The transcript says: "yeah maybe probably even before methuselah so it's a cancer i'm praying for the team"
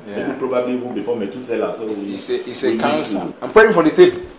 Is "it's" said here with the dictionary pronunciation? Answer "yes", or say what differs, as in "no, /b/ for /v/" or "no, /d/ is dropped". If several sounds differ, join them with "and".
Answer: no, /s/ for /t/